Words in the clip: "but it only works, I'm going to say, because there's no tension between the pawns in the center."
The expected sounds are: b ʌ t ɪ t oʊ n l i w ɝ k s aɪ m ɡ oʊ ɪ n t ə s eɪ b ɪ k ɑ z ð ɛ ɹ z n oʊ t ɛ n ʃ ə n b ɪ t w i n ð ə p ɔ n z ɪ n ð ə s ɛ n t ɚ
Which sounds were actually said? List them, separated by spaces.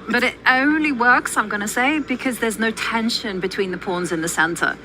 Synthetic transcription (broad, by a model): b ʌ t ɪ t oʊ n l i w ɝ k s aɪ m ɡ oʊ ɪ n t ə s eɪ b ɪ k ɑ z ð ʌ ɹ z n oʊ t ɛ n ʃ ə n b ɪ t w i n ð ə p ɔ n z ɪ n ð ə s ɛ n t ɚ